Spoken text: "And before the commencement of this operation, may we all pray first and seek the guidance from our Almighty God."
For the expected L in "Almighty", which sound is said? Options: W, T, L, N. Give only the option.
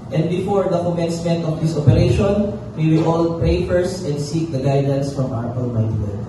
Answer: N